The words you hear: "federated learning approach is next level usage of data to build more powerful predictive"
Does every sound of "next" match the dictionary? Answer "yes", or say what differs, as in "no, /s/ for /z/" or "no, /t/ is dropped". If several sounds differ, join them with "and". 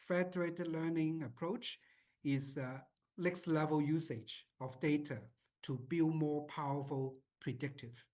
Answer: no, /l/ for /n/